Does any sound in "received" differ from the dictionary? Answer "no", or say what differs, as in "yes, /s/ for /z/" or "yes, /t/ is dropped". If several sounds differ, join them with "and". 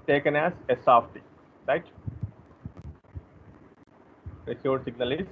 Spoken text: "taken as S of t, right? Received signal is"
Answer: yes, /v/ is dropped